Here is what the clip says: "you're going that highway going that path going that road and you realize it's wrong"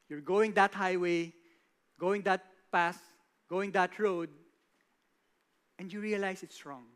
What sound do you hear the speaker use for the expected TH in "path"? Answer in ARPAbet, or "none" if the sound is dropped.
S